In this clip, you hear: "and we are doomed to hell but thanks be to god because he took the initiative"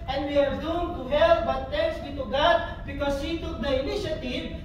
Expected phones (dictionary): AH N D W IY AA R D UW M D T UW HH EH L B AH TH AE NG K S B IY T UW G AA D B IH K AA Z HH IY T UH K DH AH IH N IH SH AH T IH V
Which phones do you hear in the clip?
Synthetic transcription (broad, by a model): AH N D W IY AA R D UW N T UW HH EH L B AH T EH K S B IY T UW G AA D B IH K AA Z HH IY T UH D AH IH N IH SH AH T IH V